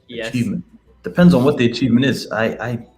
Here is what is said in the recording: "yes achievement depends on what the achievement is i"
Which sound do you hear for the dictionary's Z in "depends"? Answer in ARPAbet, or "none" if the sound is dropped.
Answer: Z